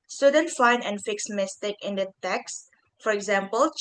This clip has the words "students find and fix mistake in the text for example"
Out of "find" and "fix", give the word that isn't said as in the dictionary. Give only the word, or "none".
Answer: none